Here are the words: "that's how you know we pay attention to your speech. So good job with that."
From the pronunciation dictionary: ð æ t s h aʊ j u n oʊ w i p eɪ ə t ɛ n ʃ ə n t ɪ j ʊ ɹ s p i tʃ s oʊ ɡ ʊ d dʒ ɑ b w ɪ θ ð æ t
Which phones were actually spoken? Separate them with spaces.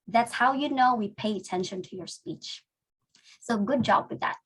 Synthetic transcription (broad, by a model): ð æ t s h aʊ j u n oʊ w i p eɪ ə t ɛ n ʃ ə n t ɪ j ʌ ɹ s p i tʃ s oʊ ɡ ʊ d dʒ ɑ b w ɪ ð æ t